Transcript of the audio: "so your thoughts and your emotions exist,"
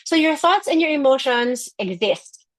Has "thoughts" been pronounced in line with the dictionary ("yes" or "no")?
yes